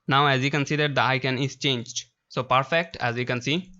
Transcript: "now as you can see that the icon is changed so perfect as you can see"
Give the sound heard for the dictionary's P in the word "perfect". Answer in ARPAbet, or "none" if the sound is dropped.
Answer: P